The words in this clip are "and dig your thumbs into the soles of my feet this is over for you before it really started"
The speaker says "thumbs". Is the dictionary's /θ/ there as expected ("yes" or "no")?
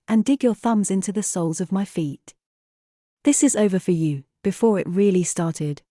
yes